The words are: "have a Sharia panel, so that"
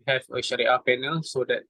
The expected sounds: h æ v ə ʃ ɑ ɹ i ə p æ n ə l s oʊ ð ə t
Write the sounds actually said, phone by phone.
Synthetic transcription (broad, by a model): h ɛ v ə ʃ ɑ ɹ i ə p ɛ n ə l s oʊ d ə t